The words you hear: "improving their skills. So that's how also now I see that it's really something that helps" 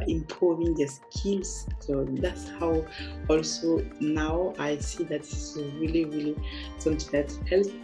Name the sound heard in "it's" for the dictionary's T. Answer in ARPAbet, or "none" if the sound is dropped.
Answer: S